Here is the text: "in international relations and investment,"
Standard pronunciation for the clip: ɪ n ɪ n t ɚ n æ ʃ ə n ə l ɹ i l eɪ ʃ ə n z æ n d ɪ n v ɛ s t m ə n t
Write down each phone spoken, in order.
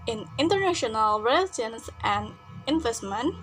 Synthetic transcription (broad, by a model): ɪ n ɪ n t ɚ n æ ʃ ə n ə l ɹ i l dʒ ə n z æ n d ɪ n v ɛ s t m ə n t